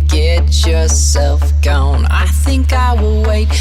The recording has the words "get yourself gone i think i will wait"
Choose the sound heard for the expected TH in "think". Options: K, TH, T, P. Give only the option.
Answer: TH